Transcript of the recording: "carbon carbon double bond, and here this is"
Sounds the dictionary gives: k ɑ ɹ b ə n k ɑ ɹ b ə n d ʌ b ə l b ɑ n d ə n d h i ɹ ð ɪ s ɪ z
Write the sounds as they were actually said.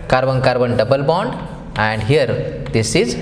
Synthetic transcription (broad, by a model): k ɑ ɹ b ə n k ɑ ɹ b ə n d ʌ b ə l b ɑ n d ə n d h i ɹ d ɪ s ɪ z